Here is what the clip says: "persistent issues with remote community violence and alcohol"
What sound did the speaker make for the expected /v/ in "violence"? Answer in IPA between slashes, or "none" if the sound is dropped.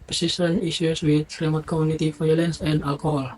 /f/